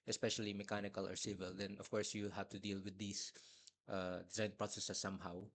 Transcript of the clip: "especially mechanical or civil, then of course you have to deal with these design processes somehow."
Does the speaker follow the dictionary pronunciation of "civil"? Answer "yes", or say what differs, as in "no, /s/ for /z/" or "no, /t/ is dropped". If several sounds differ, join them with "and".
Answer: yes